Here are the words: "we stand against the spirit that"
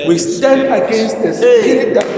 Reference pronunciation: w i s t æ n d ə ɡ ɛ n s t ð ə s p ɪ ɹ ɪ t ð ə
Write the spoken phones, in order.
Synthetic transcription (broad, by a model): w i s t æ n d ə ɡ ɛ n s t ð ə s ɪ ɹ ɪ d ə